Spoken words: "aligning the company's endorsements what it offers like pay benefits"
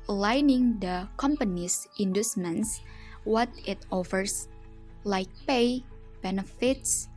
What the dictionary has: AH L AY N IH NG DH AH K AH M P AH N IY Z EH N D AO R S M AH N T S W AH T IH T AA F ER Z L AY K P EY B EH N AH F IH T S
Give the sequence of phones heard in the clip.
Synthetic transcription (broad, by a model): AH L AY N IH NG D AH K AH M P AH N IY S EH N D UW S M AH N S W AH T IH T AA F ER S L AY K P EY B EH N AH F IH T S